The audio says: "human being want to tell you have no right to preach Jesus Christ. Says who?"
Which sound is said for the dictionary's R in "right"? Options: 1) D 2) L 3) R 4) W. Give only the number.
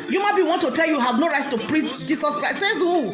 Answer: 3